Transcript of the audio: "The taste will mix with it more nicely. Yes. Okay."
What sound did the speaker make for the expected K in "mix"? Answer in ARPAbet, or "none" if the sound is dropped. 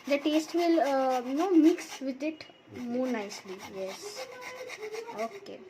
K